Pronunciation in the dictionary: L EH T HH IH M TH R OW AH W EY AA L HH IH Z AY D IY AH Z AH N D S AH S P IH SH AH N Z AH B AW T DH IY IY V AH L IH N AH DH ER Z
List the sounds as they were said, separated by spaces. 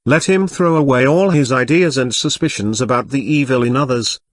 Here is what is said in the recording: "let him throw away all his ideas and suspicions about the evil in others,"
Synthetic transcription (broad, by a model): L EH T HH IH M TH R OW AH W EY AA L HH IH Z AY D IY AH Z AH N S AH S P IH SH AH N Z AH B AW T DH IY IY V AH L IH N AH DH ER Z